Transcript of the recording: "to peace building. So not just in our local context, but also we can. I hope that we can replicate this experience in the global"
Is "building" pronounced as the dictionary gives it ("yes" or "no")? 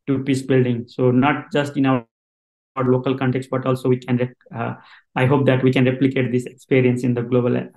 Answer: yes